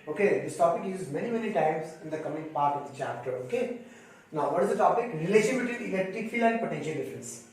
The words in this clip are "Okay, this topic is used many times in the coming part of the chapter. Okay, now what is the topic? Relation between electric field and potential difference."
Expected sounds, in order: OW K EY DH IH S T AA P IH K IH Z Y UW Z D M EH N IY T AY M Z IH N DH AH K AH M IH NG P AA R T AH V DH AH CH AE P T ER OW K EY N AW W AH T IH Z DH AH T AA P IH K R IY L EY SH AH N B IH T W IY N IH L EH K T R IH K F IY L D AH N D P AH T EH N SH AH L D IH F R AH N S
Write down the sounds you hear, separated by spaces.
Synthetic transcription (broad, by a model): OW K EY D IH S T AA P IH K IH Z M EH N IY M EH N IY T AY M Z IH N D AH K AH M IH NG P AA R T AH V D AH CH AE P T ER OW K EY N AW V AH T IH Z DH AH T AA P IH K R IY L EY SH AH N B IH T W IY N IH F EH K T IH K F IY L AH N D P AH T EH N SH AH L D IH F R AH N S